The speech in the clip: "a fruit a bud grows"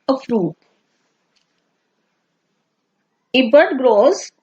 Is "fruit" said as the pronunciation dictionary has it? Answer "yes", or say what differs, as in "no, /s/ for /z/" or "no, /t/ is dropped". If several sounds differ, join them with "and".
yes